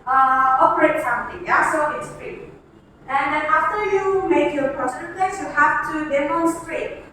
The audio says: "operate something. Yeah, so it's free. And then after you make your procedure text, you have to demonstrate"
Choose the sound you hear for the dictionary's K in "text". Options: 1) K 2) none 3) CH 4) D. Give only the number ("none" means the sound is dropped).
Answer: 2